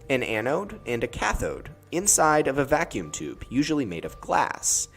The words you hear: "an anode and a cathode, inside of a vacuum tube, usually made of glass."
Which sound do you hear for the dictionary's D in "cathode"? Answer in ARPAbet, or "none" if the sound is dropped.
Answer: D